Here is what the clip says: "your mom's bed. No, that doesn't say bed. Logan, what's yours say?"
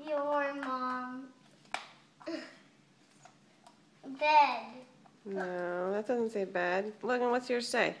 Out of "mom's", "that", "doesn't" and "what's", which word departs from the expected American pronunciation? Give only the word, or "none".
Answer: mom's